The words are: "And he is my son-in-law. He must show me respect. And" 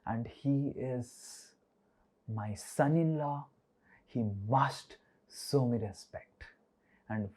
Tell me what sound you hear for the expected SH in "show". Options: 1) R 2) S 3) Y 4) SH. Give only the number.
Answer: 2